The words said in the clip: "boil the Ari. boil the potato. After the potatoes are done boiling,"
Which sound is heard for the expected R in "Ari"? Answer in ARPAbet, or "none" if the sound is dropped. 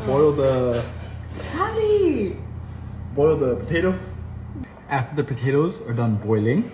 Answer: L